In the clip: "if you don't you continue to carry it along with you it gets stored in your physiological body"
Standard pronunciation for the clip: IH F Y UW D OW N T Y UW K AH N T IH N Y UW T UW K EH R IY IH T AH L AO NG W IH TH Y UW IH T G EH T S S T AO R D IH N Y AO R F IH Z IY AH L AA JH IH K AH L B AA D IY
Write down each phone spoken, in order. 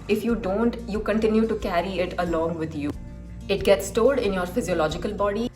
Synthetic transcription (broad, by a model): IH F Y UW D OW N T Y UW K AH N T IH N Y UW T UW K EH R IY IH T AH L AO NG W IH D Y UW IH T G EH T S S T AO L D IH N Y AO R F IH Z IY AH L AA JH IH K AH L B AA D IY